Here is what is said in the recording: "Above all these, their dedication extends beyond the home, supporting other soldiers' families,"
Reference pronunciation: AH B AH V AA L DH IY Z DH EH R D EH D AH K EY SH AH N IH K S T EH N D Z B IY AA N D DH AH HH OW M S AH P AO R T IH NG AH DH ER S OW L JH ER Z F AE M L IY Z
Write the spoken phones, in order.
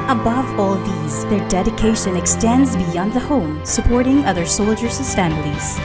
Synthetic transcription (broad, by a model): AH B AH V AA L DH IY Z DH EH R D EH D AH K EY SH AH N IH K S T EH N D Z B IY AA N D DH AH HH OW M S AH P AO R T IH NG AH DH ER S OW L JH ER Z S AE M L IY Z